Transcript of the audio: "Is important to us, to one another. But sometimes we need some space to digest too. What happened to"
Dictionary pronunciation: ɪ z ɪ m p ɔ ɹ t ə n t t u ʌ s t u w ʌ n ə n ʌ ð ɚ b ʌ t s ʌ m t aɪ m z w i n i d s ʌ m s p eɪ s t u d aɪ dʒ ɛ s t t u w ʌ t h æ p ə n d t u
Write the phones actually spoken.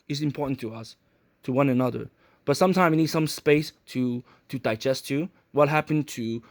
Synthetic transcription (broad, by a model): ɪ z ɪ m p ɔ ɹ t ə n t t u ʌ s t u w ʌ n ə n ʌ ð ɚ b ʌ t s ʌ m t aɪ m w i n i d s ʌ m s p eɪ s t u d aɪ dʒ ɛ s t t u w ʌ t h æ p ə n t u